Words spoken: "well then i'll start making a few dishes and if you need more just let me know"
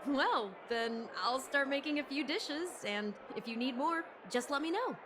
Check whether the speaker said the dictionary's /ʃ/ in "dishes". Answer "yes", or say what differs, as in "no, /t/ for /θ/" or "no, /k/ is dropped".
yes